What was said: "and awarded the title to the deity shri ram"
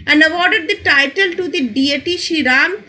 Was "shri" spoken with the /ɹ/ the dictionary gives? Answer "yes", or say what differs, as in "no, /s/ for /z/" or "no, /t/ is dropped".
no, /ɹ/ is dropped